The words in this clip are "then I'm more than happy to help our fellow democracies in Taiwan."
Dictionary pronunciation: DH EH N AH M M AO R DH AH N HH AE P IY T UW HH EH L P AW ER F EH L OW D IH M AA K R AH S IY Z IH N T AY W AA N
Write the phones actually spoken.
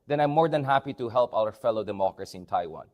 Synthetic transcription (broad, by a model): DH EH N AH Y M AO R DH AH N HH AE P IY T UW HH EH L P AW ER F EH L OW D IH M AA K R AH S IY IH N T AY W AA N